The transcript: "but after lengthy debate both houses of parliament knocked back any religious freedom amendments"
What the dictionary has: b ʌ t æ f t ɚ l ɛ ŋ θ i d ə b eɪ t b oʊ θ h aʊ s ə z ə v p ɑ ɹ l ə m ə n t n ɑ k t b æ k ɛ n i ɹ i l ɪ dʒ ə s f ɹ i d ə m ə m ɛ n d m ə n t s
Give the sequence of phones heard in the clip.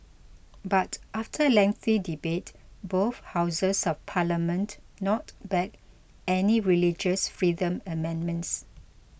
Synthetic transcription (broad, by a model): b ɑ t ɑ f t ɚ l ɛ ŋ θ i d ə b eɪ t b oʊ θ h aʊ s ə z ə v p ɑ l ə m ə n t n ɑ t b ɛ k ɛ n i ɹ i l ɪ dʒ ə s f ɹ i d ə m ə m ɛ n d m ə n t s